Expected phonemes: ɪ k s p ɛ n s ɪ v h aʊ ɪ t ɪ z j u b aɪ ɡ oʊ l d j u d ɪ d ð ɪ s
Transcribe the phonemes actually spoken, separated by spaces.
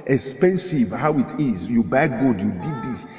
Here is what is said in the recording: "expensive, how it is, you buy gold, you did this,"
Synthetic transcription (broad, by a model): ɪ k s p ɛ n s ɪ v h aʊ ɪ t ɪ z j u b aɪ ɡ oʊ d j u d ɪ d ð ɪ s